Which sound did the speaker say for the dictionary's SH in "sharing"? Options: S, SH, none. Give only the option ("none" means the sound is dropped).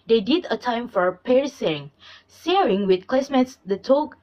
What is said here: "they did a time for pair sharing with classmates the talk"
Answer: S